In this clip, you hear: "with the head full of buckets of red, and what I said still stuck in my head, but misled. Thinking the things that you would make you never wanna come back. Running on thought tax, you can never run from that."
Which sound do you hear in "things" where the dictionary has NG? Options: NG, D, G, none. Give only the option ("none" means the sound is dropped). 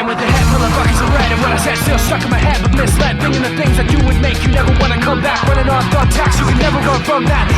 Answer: NG